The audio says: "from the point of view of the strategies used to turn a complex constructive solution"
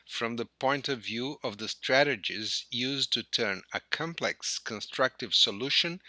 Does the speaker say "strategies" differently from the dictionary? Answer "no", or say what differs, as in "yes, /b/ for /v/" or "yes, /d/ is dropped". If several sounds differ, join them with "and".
no